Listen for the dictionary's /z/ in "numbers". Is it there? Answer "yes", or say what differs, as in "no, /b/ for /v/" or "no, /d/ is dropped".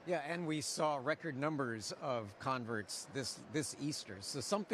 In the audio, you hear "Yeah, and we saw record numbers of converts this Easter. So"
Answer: yes